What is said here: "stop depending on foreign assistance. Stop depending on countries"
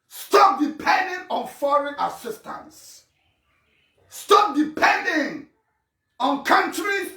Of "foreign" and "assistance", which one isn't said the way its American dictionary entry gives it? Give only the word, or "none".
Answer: none